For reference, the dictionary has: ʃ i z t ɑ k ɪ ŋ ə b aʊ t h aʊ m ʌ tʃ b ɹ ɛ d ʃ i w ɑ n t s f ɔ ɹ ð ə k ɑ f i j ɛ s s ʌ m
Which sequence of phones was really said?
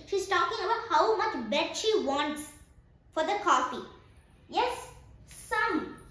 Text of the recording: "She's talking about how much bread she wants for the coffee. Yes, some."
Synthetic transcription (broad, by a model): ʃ i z t ɑ k ɪ ŋ ə b aʊ t h aʊ m ʌ tʃ b ɛ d ʃ i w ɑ n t s f ɔ ɹ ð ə k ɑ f i j ɛ s s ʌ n